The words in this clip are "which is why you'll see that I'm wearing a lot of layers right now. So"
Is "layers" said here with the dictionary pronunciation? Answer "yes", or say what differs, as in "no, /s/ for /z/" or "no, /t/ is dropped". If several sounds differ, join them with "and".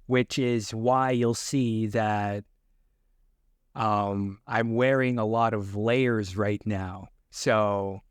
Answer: yes